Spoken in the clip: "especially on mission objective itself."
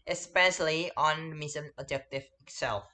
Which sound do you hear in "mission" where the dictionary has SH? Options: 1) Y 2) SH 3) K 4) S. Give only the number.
4